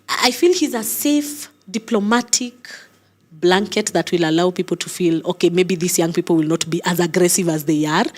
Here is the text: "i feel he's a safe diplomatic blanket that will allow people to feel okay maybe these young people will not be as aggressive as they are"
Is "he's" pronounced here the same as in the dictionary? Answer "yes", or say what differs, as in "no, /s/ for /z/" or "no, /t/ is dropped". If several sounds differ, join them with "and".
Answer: yes